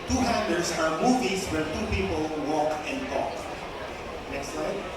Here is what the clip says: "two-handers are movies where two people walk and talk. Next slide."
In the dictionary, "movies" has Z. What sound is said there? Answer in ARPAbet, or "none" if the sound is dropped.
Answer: S